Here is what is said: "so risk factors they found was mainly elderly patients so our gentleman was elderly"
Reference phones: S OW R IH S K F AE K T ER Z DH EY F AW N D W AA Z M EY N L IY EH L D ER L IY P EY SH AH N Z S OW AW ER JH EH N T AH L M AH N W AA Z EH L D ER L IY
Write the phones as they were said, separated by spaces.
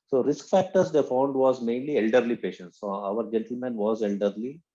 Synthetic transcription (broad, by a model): S OW R IH S K F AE K T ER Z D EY F AW N D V AA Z M EY N L IY EH L D ER L IY P EY SH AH N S S OW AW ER JH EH N T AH L M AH N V AA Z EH L D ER L IY